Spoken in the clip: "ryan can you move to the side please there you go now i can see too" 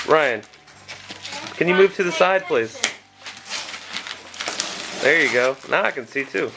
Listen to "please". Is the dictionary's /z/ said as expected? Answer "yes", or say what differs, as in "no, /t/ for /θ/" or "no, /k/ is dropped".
no, /s/ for /z/